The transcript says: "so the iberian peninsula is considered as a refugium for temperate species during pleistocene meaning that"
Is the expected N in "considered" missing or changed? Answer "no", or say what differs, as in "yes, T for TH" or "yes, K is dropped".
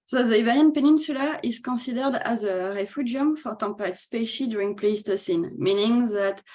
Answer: yes, N is dropped